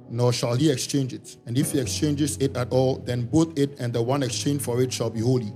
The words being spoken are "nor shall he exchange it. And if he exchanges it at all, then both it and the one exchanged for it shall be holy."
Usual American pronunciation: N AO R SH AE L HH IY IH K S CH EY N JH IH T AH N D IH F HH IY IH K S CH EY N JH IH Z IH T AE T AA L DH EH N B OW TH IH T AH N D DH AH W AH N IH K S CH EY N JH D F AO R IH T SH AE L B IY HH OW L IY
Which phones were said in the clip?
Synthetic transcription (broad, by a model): N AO SH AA L HH IY IH K S CH EY N JH IH T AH N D IH F HH IY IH K S CH EY N JH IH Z IH T AE T AA L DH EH N B OW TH IH T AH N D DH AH W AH N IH K S CH EY N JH F AO R IH T SH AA L B IY HH OW L IY